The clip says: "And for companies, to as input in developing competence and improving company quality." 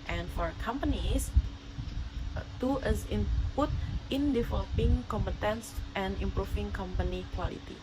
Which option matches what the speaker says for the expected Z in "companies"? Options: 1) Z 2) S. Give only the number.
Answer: 2